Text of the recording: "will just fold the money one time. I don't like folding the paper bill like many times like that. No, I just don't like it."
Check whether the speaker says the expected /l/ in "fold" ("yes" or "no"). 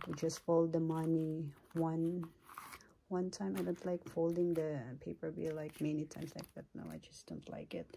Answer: yes